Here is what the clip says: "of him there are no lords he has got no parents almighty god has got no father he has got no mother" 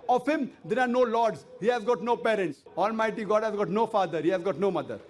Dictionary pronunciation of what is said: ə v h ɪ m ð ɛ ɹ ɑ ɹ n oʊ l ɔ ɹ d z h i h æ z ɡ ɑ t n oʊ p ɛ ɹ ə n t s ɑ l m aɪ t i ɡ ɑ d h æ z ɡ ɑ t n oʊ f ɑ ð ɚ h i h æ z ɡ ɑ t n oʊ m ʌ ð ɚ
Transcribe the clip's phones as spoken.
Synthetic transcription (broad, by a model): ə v h ɪ m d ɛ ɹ ɑ ɹ n oʊ l ɔ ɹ d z h i h æ z ɡ ɑ t n oʊ p ɛ ɹ ə n t s ɑ l m aɪ t i ɡ ɑ d h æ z ɡ ɑ t n oʊ f ɑ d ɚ h i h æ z ɡ ɑ t n oʊ m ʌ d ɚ